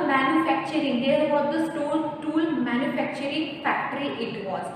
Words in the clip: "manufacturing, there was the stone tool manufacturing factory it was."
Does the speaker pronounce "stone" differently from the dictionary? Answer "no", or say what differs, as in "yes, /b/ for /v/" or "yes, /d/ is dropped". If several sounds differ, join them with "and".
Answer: yes, /l/ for /n/